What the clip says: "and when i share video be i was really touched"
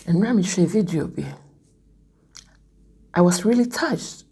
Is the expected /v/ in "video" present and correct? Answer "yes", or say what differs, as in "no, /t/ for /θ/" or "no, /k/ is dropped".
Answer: yes